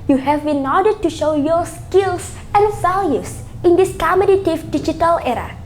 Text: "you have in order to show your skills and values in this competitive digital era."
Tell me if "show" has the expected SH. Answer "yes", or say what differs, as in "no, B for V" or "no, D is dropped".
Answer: yes